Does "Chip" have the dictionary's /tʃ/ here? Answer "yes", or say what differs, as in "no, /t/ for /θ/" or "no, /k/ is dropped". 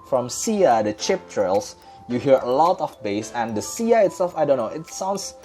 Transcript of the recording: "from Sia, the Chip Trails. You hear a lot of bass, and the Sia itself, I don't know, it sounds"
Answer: yes